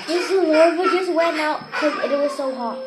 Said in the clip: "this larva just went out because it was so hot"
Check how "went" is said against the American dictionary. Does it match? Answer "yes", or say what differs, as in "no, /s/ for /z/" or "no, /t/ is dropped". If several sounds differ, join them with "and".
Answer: no, /t/ is dropped